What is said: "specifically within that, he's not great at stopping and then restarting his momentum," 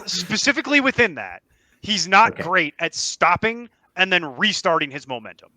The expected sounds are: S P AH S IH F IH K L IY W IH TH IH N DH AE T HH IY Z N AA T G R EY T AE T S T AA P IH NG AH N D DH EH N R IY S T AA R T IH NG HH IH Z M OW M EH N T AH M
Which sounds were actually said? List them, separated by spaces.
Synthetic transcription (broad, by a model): S P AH S IH F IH K L IY W IH TH IH N DH AE T HH IY Z N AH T G R EY T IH T S T AA P IH NG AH N DH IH N R IY S T AA R T IH NG IH Z M OW M EH N T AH M